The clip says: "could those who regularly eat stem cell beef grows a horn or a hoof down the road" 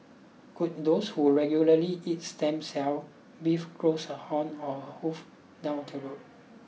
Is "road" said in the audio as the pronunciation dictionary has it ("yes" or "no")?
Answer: no